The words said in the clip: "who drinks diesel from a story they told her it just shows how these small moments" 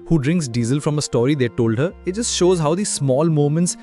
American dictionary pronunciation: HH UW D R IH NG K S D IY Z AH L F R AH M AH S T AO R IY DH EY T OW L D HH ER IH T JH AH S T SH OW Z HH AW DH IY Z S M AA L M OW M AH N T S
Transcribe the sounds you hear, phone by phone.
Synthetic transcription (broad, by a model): HH UW D R IH NG K S D IY Z AH L F R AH M AH S T AO R IY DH EY T OW L D HH ER IH T JH AH S T SH OW Z HH AW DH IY S M AA L M OW M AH N T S